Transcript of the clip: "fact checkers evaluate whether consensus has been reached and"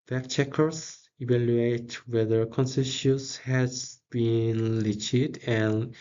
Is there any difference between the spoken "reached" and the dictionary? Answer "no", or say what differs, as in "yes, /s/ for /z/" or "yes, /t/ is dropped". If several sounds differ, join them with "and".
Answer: yes, /l/ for /ɹ/